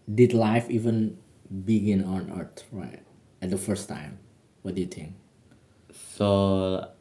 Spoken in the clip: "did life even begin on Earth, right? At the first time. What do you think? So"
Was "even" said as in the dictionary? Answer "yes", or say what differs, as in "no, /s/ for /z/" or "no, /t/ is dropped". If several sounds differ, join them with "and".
yes